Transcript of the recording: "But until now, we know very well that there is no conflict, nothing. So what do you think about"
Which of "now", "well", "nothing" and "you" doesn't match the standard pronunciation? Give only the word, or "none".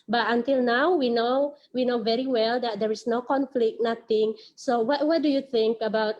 nothing